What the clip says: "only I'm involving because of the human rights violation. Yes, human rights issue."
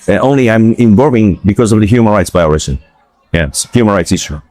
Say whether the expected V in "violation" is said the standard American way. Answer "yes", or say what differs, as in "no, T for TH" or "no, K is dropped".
no, B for V